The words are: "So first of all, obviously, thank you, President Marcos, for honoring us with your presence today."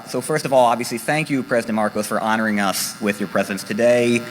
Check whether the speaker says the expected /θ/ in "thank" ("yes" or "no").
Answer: yes